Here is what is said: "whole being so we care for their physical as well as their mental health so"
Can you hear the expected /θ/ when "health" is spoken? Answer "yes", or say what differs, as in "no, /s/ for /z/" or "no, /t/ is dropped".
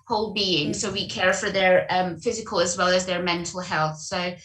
yes